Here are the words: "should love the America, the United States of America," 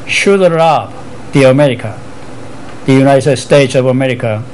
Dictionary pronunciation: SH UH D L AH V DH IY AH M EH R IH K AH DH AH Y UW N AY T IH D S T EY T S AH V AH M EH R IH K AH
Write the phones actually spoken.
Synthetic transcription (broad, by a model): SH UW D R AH B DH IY AH M EH R IH K AH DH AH Y UW N AY T IH D S T EY T S AH V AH M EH R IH K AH